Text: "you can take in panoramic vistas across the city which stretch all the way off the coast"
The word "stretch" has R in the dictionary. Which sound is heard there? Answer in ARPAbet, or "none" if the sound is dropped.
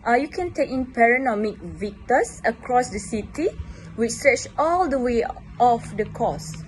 R